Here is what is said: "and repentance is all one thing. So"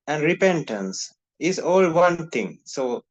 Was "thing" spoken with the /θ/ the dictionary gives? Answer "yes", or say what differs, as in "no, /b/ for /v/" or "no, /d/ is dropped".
no, /t/ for /θ/